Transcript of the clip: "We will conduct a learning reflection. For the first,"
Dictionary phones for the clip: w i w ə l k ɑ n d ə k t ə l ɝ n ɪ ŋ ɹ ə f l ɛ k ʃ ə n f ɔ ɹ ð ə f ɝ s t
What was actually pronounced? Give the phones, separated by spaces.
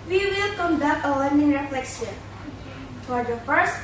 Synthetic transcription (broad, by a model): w i w ə l k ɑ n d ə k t ə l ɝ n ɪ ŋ ɹ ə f l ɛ k s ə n f ɔ ɹ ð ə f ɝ s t